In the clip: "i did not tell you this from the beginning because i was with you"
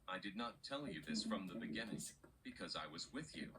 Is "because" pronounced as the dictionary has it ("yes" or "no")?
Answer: yes